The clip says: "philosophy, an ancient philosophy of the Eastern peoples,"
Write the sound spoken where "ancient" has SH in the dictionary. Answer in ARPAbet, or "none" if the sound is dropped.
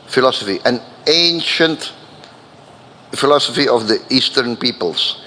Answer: SH